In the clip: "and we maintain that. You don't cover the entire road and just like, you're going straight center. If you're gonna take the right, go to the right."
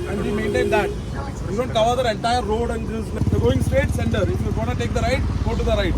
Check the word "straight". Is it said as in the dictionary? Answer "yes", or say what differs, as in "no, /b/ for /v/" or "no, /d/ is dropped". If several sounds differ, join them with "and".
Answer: no, /ɹ/ is dropped